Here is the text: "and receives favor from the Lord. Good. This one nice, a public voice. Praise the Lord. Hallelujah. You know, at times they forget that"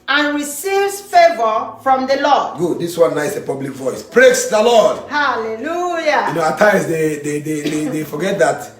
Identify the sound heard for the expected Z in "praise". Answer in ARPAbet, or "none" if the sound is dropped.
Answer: S